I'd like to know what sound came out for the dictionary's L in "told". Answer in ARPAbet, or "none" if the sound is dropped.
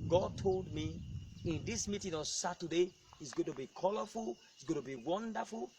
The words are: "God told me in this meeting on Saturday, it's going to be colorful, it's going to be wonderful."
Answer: L